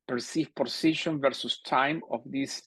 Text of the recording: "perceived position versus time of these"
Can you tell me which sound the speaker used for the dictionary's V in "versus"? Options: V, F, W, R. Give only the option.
V